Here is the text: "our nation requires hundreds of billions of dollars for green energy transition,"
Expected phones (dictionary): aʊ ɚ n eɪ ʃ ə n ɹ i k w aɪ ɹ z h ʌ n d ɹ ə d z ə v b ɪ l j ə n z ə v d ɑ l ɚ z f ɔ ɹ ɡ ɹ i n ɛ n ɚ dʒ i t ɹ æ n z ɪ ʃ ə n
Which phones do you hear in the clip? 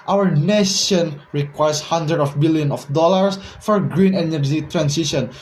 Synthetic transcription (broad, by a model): aʊ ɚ n eɪ ʃ ə n ɹ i k w aɪ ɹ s h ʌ n d ɹ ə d ə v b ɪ l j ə n ə f d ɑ l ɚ s f ɔ ɹ ɡ ɹ i n ɛ n ɚ dʒ i t ɹ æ n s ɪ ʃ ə n